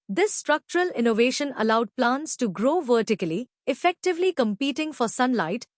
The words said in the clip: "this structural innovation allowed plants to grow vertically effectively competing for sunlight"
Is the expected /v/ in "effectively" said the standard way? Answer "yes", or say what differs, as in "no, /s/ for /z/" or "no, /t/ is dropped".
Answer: yes